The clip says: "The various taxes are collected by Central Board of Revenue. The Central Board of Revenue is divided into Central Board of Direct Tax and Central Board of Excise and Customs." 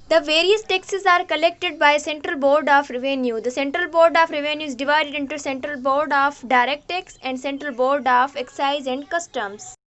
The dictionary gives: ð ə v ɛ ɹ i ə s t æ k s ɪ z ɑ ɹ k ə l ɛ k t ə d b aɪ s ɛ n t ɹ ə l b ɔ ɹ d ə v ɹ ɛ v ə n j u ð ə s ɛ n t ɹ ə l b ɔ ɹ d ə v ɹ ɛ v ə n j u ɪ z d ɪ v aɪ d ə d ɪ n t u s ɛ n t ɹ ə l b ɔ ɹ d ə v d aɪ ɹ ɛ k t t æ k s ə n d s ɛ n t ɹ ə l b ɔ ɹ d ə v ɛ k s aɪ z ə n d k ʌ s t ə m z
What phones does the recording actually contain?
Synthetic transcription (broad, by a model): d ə v ɛ ɹ i ə s t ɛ k s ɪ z ɑ ɹ k ə l ɛ k t ə d b aɪ s ɛ n t ɹ ə l b ɔ ɹ d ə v ɹ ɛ v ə n j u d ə s ɛ n t ɹ ə l b ɔ ɹ d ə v ɹ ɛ v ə n j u ɪ z d ɪ v aɪ d ə d ɪ n t u s ɛ n t ɹ ə l b ɔ ɹ d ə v d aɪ ɹ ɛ k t t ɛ k s ə n d s ɛ n t ɹ ə l b ɔ ɹ d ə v ɛ k s aɪ z ə n d k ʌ s t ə m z